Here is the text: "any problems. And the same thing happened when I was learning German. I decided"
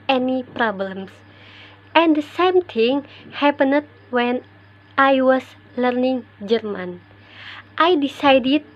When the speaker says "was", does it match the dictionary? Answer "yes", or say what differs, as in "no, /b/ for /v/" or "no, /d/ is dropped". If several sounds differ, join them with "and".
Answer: no, /s/ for /z/